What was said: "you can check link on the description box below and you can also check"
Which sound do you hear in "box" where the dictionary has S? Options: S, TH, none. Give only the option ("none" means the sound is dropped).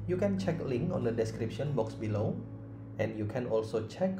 S